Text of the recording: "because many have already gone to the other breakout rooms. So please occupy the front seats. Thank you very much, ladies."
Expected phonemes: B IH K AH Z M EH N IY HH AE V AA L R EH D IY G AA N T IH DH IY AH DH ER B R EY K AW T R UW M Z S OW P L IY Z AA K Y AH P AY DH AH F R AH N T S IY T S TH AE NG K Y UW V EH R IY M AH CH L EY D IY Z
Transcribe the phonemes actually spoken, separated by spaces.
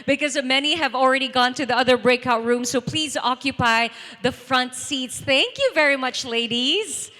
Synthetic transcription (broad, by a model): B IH K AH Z M EH N IY HH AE V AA L R EH D IY G AA N T IH DH IY AH DH ER B R EY K AW T R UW M S OW P L IY Z AA K Y AH P AY DH AH F R AH N T S IY T S TH AE NG K Y UW V EH R IY M AH CH L EY D IY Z